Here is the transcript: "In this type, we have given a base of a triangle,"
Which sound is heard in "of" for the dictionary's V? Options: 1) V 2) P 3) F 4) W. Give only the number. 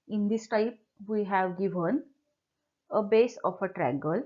2